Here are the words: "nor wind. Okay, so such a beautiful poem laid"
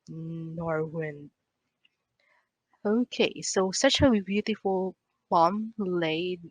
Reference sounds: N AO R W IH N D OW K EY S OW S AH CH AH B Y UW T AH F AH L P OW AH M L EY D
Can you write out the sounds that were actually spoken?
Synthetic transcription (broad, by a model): N AO R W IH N OW K EY S OW S AH CH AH B Y UW T AH F AH L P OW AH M L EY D